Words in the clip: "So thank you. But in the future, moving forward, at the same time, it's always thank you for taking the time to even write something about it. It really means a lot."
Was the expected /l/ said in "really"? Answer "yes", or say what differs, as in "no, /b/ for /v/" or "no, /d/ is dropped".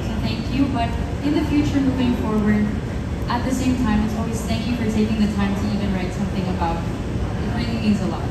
no, /l/ is dropped